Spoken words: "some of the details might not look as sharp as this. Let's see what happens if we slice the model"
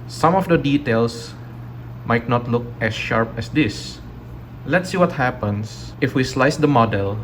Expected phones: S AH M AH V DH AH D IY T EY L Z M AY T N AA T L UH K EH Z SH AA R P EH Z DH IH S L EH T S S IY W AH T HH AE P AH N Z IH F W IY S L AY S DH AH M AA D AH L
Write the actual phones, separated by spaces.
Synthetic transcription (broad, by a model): S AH M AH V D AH D IY T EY L S M AY T N AA T L UH K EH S SH AA R P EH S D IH S L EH T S S IY W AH T HH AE P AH N S IH F W IY S L AY S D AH M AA D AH L